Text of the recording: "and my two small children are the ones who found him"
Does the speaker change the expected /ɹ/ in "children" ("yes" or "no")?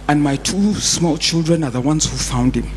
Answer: no